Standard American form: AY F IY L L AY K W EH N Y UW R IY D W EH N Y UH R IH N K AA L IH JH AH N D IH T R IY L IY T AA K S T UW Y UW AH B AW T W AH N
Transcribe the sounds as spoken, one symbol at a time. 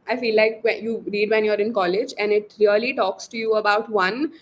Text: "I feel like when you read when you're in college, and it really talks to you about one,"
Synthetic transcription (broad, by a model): AY F IY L L AY K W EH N Y UW R IY D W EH N Y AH R IH N K AA L IH JH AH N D IH T L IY L IY T AA K S T UW Y UW AH B AW T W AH N